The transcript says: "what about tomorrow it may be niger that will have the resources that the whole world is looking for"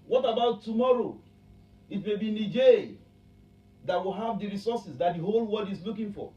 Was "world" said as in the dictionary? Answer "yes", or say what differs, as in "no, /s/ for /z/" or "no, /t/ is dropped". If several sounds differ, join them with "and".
no, /l/ is dropped